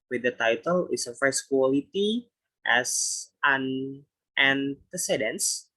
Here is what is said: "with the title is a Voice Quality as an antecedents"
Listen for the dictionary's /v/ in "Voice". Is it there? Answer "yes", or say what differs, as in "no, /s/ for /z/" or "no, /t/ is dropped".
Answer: no, /f/ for /v/